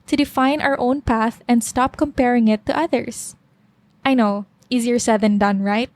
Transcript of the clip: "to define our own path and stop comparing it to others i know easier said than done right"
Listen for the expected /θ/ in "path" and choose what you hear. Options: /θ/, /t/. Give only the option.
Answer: /θ/